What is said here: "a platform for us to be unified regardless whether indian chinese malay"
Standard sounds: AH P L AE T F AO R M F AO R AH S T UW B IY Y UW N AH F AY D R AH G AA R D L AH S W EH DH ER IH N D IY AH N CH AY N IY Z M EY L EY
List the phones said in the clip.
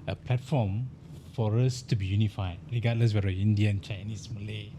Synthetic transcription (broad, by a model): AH P L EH T F AO M F AO R AH S T UW B IY Y UW N AH F AY D R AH G AA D L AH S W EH ER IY N D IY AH N CH AY N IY S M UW L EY